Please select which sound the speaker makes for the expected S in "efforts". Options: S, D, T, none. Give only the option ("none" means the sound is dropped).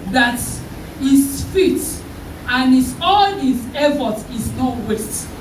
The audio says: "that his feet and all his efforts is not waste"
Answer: none